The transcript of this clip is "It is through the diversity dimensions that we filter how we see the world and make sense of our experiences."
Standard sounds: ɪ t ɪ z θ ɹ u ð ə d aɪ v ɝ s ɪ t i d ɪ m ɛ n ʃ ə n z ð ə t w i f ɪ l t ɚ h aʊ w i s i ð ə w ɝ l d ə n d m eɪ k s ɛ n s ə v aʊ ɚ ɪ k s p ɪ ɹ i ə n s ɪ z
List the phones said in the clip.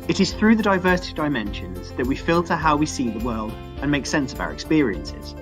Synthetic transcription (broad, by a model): ɪ t ɪ z θ ɹ u ð ə d aɪ v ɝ s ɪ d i ɪ m ɛ n ʃ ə n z ð ə t w i f ɪ l t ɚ h aʊ w i s i ð ə w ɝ l d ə n m eɪ k s ɛ n s ə v aʊ ɚ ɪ k s p ɪ ɹ i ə n s ɪ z